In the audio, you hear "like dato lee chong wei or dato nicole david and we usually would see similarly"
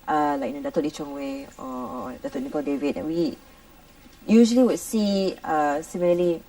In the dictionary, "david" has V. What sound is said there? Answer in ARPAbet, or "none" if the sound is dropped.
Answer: V